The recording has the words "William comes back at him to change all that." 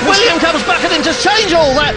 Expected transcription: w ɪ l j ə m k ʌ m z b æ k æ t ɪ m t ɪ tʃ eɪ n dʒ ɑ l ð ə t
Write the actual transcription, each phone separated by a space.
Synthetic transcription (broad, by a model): w ɪ l j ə m k ʌ m z b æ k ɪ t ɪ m t ɪ tʃ eɪ n dʒ ɑ l ð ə t